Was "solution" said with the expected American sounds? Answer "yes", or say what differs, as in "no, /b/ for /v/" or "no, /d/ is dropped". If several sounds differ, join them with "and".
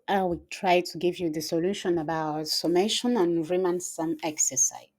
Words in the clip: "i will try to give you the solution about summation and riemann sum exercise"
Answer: yes